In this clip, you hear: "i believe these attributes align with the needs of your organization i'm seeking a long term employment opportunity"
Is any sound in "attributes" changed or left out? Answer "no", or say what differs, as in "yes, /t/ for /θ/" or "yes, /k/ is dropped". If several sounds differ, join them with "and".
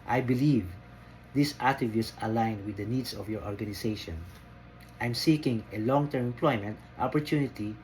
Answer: yes, /ɹ/ is dropped